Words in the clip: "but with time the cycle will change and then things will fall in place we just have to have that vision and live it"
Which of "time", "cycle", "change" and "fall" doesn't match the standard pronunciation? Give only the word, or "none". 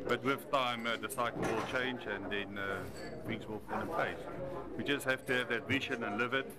fall